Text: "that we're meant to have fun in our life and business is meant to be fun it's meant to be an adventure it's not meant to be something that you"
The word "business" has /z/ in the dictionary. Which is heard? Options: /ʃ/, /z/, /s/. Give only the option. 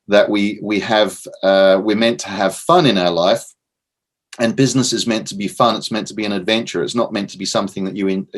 /z/